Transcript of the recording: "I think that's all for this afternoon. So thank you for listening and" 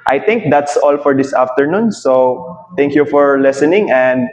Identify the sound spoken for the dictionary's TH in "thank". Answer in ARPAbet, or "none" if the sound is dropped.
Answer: T